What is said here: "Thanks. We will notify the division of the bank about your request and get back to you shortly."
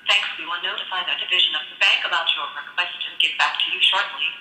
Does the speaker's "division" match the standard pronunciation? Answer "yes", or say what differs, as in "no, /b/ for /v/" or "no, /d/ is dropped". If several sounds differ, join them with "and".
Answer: yes